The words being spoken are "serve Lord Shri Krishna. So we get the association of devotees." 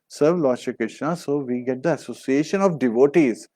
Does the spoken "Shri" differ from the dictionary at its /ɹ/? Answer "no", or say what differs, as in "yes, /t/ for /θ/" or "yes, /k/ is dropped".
yes, /ɹ/ is dropped